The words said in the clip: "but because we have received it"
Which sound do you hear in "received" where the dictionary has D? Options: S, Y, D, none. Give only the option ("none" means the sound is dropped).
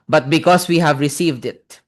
D